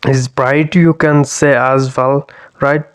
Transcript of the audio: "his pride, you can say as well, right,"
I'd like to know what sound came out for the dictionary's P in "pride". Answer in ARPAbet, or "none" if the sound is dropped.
B